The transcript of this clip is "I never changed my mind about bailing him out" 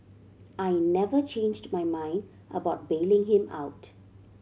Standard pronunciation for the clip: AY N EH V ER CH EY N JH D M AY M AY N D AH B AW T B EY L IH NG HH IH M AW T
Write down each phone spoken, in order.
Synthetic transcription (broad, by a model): AY N EH V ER CH EY N JH D M AY M AY N D AH B AW T B EY L IH NG HH IH M AW T